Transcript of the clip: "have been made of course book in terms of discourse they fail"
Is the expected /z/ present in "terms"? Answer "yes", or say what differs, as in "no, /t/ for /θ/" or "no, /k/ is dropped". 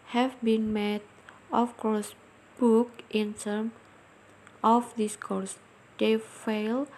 no, /z/ is dropped